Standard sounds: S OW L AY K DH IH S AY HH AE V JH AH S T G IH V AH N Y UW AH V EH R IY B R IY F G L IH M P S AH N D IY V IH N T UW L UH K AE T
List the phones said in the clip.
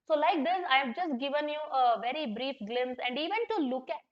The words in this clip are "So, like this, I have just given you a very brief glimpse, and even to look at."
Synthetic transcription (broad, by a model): S OW L AY K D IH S AY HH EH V JH AH S T G IH V AH N Y UW AH V EH R IY B R IY F G L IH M S AH N D IY V IH N T UW L UH K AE T